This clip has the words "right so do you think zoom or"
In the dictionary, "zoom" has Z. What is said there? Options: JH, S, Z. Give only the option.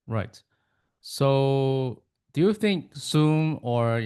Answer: S